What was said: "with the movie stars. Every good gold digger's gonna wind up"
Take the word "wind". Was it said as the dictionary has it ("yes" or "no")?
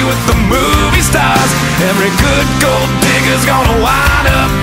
no